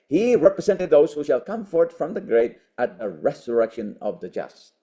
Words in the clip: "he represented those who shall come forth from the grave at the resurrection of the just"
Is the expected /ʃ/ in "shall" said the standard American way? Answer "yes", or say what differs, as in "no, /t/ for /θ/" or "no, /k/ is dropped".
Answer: yes